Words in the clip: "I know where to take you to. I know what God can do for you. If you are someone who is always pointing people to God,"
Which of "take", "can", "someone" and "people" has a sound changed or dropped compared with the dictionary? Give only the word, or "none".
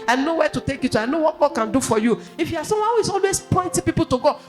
someone